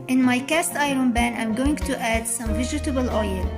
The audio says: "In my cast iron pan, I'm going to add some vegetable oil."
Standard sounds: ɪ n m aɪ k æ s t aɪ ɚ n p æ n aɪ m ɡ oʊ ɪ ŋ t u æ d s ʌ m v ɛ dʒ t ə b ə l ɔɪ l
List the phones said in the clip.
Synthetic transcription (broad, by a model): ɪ n m aɪ k æ s t aɪ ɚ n b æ n aɪ m ɡ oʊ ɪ ŋ t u æ d s ʌ m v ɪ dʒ t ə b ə l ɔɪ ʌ